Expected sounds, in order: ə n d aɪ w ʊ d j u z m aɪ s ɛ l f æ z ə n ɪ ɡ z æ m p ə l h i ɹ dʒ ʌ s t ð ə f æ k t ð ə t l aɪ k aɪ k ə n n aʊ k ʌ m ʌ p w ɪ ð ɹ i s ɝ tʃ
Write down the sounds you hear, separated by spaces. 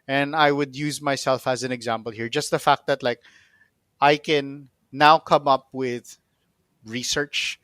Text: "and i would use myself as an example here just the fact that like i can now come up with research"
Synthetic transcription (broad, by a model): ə n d aɪ w ʊ d j u z m aɪ s ɛ l f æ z ə n ɪ ɡ z æ m p ə l h i ɹ dʒ ʌ s t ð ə f æ k t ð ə t l aɪ k aɪ k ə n n aʊ k ʌ m ʌ p w ɪ ð ɹ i s ɝ tʃ